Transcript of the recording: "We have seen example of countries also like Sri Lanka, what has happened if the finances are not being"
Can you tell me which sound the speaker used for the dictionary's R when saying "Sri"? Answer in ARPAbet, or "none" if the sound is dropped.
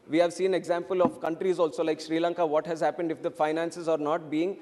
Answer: R